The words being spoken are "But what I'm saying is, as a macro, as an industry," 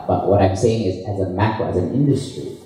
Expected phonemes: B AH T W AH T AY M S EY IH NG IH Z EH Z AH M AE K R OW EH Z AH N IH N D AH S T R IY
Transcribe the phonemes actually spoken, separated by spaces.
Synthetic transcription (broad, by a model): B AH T W AH T AY M S EY IH NG IH Z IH Z AH M AE K R OW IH Z AH N IH N D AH S T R IY